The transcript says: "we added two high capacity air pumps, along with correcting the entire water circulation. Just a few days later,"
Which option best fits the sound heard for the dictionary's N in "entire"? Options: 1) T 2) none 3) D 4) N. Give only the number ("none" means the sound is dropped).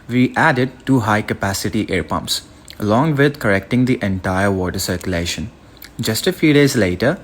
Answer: 4